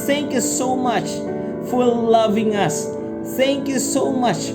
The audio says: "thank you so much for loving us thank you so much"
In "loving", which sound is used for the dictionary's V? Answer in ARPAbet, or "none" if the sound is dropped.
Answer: V